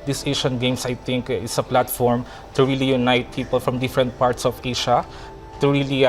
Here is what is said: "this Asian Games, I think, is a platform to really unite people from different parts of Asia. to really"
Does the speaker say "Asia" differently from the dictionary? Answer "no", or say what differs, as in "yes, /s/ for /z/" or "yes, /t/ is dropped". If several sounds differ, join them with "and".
yes, /ʃ/ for /ʒ/